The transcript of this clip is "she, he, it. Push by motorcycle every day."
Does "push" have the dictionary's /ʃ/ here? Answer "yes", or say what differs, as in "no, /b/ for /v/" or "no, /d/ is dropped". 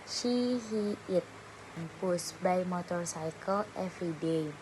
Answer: no, /s/ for /ʃ/